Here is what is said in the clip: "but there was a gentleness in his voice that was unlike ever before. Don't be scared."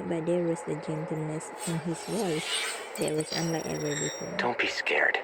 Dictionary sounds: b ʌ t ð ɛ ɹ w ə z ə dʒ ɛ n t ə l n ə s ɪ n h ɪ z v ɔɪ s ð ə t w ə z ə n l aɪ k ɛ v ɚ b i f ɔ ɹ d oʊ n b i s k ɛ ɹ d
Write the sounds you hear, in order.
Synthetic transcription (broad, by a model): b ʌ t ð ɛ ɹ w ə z ə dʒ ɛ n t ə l n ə s ɪ n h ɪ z w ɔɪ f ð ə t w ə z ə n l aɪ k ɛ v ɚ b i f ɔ d oʊ n b i s k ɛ ɹ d